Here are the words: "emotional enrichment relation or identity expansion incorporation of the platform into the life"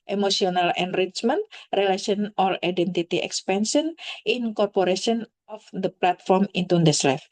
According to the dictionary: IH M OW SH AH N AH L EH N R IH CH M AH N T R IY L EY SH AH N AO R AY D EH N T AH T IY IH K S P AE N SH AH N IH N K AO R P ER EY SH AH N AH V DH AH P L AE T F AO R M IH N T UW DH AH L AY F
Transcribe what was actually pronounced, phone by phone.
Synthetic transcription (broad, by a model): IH M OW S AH N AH L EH N R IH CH M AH N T R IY L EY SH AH N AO L AY D EH N T AH T IY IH K S P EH N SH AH N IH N K AO R P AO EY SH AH N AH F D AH P L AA T F AO R M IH N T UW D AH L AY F